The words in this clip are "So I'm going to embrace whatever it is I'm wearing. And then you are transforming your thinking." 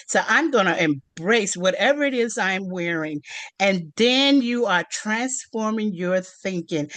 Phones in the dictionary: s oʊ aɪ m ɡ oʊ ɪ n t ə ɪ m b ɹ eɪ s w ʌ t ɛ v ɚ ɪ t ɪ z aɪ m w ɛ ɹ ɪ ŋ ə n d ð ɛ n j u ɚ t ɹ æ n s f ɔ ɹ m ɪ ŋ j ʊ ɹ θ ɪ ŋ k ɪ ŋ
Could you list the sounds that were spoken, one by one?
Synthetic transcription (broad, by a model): s oʊ aɪ m ɡ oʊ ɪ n t ɪ m b ɹ eɪ s w ʌ t ɛ v ɚ ɪ t ɪ z aɪ m w ɛ ɹ ɪ ŋ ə n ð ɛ n j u ɚ t ɹ æ n s f ɔ ɹ m ɪ ŋ j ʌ ɹ θ ɪ ŋ k ɪ ŋ